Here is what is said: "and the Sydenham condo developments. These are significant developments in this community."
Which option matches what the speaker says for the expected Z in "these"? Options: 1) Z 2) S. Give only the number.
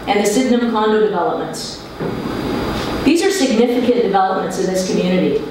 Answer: 1